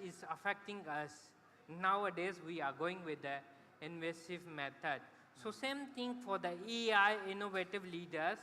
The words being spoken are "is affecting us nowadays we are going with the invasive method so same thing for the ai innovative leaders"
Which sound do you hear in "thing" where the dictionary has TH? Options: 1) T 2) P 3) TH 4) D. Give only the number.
1